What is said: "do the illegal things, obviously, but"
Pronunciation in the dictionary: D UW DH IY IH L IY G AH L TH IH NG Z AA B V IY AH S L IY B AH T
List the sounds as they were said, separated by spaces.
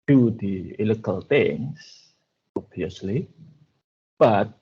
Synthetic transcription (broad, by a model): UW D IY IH L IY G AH L T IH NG S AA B IY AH S L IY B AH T